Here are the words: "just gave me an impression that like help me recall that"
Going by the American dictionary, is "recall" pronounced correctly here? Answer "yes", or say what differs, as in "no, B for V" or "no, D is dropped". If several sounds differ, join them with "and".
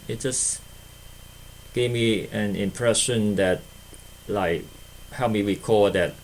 no, W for R